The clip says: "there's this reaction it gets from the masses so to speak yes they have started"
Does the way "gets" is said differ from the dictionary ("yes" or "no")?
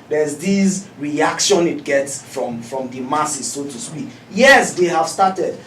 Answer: no